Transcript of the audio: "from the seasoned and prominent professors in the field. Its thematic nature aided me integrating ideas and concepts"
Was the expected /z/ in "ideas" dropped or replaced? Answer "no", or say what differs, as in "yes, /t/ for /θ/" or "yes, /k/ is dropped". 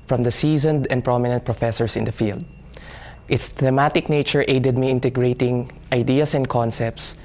yes, /s/ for /z/